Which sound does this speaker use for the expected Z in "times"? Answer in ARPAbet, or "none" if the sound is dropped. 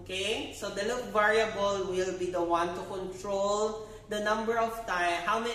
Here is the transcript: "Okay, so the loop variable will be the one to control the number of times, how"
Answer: none